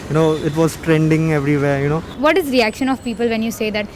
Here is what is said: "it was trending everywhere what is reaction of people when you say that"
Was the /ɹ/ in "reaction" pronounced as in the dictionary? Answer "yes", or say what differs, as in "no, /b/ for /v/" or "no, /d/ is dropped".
yes